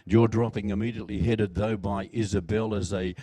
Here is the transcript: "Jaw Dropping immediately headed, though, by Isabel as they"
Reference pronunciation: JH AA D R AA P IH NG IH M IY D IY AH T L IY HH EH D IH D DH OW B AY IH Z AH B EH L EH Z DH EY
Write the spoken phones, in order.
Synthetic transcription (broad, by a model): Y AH D R AA P IH NG IH M IY D IY AH T L IY HH EH D IH D DH OW B AY IH Z AH B EH L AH Z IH